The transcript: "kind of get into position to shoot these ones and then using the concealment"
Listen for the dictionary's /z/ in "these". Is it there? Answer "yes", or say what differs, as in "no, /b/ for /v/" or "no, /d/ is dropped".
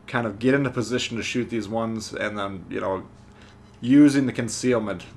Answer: yes